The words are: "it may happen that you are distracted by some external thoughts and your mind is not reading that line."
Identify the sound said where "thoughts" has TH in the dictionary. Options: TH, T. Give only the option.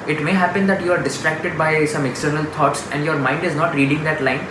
T